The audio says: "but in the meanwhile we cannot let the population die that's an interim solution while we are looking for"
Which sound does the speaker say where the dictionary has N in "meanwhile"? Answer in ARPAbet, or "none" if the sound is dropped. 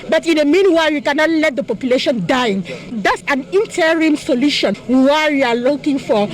N